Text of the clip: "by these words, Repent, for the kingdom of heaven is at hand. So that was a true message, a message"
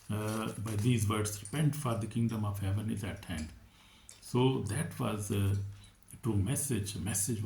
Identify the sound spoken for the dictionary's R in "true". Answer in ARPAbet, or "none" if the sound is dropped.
none